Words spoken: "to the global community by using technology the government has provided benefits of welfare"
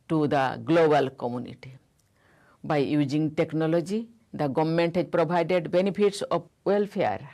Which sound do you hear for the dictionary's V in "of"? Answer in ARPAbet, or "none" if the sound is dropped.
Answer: B